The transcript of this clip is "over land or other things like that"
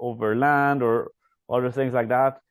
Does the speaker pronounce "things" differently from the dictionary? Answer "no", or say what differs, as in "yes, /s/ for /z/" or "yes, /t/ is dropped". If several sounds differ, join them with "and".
no